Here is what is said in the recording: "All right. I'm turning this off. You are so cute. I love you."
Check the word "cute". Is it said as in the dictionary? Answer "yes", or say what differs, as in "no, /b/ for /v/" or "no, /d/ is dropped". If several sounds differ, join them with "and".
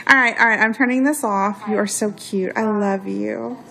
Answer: yes